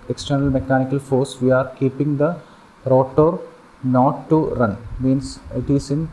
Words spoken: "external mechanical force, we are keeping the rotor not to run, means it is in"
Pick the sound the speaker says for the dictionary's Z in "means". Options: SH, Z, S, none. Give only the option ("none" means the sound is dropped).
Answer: S